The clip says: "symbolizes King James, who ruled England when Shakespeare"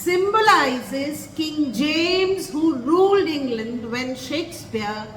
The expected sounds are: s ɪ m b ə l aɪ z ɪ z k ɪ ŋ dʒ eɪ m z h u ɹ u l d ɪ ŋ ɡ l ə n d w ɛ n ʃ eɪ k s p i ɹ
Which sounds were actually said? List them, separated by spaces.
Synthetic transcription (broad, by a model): s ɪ m b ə l aɪ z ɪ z k ɪ ŋ dʒ eɪ m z h u ɹ u l d ɪ ŋ ɡ l ə n d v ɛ n ʃ eɪ k s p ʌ ɹ